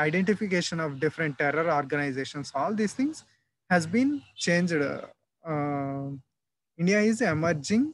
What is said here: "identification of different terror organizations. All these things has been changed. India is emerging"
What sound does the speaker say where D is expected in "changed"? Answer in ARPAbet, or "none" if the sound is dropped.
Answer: D